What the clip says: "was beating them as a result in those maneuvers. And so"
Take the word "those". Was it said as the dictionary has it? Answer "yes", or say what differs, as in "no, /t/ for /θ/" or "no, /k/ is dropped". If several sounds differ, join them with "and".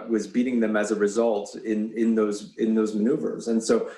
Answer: yes